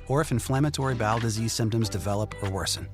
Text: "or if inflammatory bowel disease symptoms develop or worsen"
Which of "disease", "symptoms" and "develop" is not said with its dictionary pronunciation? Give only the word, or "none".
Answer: none